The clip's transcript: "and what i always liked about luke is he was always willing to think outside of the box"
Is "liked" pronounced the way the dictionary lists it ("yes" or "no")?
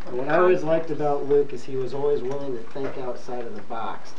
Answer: yes